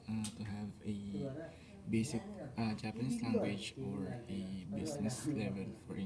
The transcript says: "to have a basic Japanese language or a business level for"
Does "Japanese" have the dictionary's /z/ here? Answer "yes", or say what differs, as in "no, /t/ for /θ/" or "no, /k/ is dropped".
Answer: no, /s/ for /z/